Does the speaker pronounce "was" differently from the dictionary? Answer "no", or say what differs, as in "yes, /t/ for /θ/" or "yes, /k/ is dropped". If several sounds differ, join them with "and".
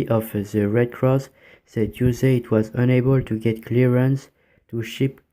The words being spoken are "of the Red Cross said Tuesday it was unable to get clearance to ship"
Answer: no